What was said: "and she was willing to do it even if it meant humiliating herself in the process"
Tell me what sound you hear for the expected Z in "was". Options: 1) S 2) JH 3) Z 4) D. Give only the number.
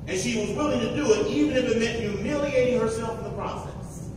3